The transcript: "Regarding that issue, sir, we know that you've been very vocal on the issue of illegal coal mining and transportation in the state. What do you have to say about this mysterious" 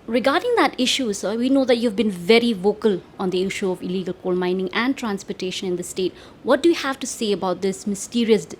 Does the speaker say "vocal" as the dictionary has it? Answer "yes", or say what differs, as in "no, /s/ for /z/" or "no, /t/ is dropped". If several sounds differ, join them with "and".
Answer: yes